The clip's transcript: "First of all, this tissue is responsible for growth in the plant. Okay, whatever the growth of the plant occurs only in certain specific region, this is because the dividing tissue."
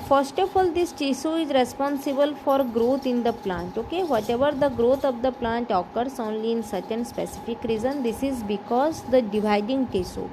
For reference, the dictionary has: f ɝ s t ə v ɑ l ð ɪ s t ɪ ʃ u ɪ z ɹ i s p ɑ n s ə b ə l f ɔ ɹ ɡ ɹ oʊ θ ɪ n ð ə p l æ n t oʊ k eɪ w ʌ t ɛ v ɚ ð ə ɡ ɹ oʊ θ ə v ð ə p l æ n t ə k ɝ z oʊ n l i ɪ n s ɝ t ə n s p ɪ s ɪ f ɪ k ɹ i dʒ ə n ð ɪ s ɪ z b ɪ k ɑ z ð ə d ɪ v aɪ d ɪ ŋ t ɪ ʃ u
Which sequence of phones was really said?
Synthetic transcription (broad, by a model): f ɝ s t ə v ɑ l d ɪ s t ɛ s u ɪ z ɹ i s p ɑ n s ə b ə l f ɔ ɹ ɡ ɹ oʊ t ɪ n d ə p l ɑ n t oʊ k eɪ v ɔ t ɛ v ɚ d ə ɡ ɹ oʊ t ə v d ə p l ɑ n t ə k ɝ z oʊ n l i n s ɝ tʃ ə n s p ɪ s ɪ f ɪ k ɹ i z ə n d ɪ s ɪ z b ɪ k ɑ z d ə d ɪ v aɪ d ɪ ŋ t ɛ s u